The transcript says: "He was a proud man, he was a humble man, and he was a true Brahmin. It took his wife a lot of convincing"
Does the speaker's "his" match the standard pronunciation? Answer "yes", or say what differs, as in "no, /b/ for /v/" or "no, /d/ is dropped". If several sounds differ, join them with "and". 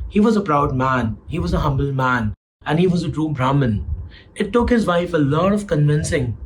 yes